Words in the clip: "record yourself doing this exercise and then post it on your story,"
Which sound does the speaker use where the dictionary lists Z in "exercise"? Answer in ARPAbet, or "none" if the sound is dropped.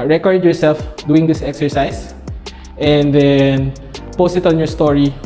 S